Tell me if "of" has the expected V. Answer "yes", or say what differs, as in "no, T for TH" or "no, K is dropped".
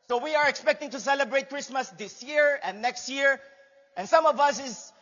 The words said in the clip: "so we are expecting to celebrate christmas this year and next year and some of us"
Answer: yes